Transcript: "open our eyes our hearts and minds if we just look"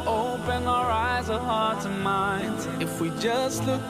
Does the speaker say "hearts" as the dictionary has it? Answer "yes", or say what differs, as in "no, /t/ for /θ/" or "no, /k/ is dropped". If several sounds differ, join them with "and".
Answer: no, /s/ is dropped